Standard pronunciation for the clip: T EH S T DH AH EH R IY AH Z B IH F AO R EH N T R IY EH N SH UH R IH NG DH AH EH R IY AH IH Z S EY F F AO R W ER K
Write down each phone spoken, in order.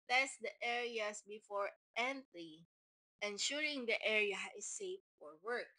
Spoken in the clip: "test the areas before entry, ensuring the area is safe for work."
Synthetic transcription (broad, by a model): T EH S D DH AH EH R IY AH S B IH F AO R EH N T L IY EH N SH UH R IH NG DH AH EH R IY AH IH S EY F F AO R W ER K